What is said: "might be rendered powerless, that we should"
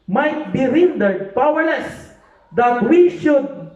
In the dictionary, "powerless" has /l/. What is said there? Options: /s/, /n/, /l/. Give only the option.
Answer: /l/